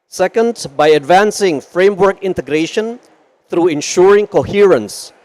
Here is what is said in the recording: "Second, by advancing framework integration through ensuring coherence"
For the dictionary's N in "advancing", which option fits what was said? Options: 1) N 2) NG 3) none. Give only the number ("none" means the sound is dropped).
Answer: 1